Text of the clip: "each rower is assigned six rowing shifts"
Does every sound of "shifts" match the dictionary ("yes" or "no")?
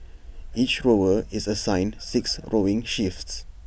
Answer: yes